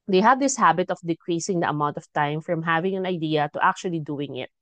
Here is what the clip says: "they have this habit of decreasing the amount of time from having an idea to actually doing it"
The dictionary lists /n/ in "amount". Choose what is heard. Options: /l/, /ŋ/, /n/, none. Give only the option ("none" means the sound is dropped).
/n/